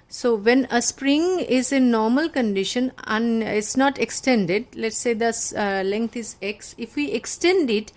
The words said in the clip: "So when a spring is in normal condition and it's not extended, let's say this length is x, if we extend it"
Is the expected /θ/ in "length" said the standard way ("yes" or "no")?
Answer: no